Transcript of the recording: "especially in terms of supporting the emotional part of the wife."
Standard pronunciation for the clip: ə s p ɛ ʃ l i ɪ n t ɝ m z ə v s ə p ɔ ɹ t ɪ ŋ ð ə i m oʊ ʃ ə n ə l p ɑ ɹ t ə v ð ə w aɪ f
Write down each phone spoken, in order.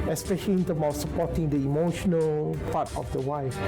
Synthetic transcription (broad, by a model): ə s p ɛ ʃ l i n t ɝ m ə f s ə p ɔ t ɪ ŋ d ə i m oʊ ʃ ə n ə l p ɑ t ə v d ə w aɪ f